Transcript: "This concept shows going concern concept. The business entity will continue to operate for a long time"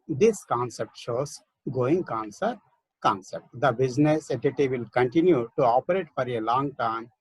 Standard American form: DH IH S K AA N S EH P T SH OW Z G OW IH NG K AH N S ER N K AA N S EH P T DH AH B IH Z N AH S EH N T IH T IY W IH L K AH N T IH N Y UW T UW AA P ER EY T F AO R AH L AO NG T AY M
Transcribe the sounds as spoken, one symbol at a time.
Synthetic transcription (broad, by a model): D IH S K AA N S EH P T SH OW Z G OW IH NG K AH N S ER K AA N S EH P T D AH B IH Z N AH S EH T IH T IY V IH L K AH N T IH N Y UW T UW AA P ER EY T F AO R AH L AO NG T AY M